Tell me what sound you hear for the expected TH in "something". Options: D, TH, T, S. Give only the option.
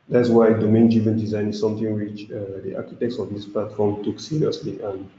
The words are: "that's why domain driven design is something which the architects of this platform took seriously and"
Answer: T